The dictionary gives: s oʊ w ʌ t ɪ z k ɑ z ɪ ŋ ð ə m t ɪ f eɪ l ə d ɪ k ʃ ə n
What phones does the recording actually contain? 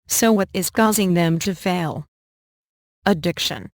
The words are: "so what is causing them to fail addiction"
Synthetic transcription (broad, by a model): s oʊ w ʌ t ɪ z k ɑ z ɪ ŋ ð ə m t ɪ f eɪ l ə d ɪ k ʃ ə n